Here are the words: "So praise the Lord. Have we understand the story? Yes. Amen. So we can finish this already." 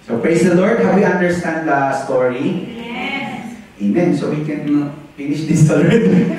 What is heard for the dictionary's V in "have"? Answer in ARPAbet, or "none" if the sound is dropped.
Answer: W